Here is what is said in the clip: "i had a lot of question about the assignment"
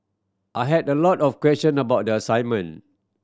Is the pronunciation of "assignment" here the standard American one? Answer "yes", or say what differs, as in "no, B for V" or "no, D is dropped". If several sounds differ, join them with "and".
no, T is dropped